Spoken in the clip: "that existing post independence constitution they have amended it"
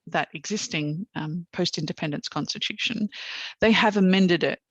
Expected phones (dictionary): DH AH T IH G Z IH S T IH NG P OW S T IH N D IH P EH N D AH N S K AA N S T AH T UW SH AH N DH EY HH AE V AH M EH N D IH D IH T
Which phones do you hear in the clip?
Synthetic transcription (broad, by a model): DH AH T IH G Z IH S T IH NG P OW S T IH N D IH P EH N D AH N S K AA N S T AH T UW SH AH N DH EY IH V AH M EH N D IH D IH T